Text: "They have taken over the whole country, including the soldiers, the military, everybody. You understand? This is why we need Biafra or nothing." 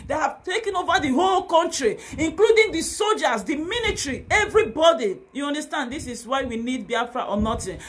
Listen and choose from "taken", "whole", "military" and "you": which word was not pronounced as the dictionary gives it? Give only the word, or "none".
military